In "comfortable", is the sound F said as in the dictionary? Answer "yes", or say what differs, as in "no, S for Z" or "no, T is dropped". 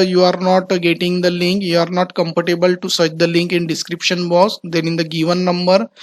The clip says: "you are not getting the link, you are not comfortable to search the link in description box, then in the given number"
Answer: no, P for F